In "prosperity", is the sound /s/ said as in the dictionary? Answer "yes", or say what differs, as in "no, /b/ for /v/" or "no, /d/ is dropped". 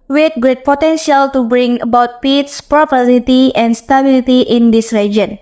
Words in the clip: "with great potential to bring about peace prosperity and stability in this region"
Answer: no, /s/ is dropped